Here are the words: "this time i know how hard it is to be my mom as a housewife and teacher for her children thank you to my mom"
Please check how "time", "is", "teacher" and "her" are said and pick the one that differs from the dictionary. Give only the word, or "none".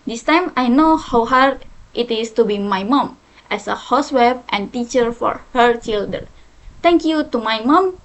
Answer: is